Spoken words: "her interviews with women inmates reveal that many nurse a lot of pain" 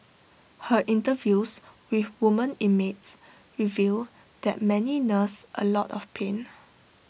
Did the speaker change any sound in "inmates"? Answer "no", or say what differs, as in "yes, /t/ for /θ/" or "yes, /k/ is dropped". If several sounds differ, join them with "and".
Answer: yes, /n/ is dropped